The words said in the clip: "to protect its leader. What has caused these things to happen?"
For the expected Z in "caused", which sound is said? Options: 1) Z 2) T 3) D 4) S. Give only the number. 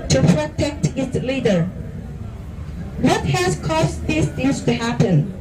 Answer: 4